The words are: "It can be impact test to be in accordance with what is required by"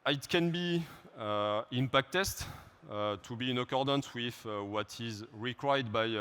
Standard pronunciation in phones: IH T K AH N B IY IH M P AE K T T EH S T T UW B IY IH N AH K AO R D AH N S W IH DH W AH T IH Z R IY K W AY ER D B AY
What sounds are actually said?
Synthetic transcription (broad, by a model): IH T K AH N B IY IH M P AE K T T EH S T T UW B IY IH N AH K AO R D AH N S W IH DH W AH T IH Z R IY K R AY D B AY